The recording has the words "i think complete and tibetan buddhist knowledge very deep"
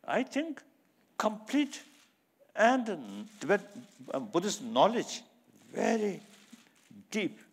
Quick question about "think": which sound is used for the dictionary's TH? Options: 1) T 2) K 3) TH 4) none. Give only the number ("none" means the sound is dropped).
1